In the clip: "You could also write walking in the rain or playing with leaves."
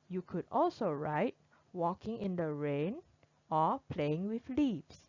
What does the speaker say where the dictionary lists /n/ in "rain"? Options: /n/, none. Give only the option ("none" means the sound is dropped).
/n/